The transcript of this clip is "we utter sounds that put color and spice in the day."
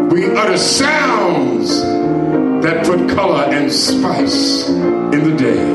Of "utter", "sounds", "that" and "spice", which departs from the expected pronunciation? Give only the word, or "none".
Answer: none